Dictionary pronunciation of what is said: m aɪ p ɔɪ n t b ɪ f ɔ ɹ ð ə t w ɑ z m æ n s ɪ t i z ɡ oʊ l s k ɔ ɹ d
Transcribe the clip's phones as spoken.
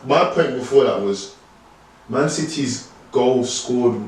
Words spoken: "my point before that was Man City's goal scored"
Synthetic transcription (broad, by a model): m aɪ p ɔɪ n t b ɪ f ɔ ð ə t w ɑ z m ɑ n s ɪ t i z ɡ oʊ l s k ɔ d